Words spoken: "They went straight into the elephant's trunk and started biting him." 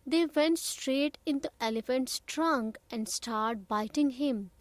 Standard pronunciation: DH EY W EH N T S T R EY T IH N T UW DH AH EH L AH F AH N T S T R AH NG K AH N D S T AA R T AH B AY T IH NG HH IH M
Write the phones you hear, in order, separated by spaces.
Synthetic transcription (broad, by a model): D EY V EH N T S T R EY T IH N T UW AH EH L AH F AH N T S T R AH NG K AH N D S T AA R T B AY T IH NG HH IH M